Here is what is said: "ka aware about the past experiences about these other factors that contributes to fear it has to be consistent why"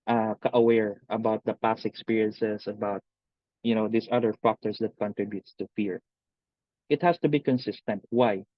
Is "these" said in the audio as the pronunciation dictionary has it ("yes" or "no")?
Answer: no